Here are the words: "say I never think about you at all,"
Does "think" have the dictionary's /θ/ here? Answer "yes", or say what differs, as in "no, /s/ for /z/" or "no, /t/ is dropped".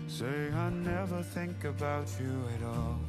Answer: yes